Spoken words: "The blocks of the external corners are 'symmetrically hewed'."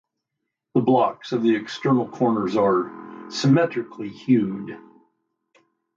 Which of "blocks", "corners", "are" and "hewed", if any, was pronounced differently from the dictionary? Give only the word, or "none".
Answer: none